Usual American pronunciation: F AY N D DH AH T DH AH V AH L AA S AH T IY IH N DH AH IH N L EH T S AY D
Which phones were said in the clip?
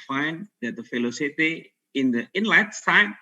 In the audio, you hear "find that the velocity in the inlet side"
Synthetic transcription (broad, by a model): F AY N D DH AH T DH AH F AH L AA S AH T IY IH N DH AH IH N L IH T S AY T